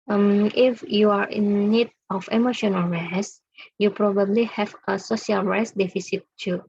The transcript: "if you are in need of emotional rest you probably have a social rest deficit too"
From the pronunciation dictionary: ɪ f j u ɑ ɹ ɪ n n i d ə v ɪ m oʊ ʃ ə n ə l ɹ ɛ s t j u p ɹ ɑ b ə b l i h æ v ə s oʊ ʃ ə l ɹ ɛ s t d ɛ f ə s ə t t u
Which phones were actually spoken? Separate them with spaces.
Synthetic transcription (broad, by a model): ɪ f j u ɑ ɹ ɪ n n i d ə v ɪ m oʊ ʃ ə n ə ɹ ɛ s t j u p ɹ ɑ b ə b l i h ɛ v ə s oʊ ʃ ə l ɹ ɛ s d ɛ f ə s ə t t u